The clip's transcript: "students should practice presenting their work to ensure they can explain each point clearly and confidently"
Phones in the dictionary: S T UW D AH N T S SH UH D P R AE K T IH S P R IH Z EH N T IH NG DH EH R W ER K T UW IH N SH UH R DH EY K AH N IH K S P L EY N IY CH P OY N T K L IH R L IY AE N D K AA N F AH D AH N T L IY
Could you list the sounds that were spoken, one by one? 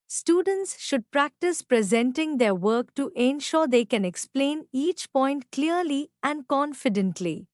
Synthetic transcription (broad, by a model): S T UW D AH N T S SH UH D P R AE K T IH S P R IH Z EH N T IH NG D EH R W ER K T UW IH N SH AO R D EY K AH N IH K S P L EY N IY CH P OY N T K L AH R L IY AE N D K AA N F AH D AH N T L IY